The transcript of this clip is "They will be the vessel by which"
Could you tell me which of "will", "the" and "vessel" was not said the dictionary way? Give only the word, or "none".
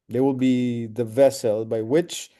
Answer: none